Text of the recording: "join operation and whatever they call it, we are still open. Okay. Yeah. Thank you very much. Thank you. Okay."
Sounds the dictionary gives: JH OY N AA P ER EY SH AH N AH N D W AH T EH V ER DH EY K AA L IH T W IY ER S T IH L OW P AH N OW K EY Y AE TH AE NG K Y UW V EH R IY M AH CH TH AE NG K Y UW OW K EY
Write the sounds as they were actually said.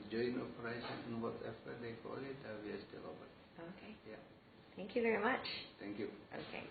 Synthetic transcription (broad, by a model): JH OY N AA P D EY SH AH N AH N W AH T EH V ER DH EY K AA L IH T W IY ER S T IH L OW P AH OW K EY Y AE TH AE NG K Y UW V EH R IY M AH CH T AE NG K Y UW OW K EY